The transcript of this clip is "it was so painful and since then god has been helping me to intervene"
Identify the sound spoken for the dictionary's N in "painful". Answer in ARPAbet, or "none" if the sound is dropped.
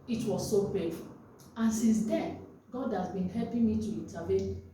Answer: none